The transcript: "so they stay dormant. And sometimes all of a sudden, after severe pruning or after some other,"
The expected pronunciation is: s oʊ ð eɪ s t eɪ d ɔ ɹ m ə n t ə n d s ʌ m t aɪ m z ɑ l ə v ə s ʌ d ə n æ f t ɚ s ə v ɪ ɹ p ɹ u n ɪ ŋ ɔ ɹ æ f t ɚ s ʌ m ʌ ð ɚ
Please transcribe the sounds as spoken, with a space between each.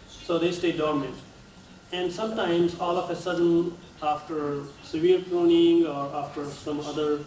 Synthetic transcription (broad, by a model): s oʊ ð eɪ s t eɪ d ɔ ɹ m ə n t ə n d s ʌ m t aɪ m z ɑ l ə f ə s ʌ d ə n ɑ f t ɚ s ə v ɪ ɹ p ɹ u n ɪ ŋ ɔ ɹ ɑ f t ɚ s ʌ m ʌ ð ɚ